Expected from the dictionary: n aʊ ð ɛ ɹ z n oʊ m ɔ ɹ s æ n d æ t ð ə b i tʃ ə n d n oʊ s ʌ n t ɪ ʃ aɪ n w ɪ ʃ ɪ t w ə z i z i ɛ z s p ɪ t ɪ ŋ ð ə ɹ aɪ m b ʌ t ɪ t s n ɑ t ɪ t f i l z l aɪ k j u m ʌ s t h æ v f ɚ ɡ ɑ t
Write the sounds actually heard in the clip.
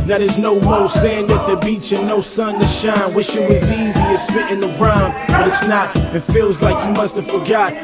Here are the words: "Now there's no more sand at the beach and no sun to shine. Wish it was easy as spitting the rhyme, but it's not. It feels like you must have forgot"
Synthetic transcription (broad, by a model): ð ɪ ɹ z n oʊ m ɔ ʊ s æ n d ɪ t ð ə b i tʃ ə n n oʊ s ʌ n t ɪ ʃ aɪ n w ɪ ʃ ɪ t w ə z i z i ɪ s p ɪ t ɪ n ð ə ɹ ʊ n b ʌ t ɪ t s n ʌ t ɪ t f i l z l aɪ k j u m ʌ s t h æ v f ɚ ɡ ɑ t